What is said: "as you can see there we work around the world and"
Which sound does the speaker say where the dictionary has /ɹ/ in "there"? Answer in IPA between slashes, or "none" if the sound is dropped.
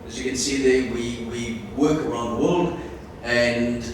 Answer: /w/